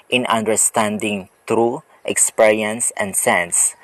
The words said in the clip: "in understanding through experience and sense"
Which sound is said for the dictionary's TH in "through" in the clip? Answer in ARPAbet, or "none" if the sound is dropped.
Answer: T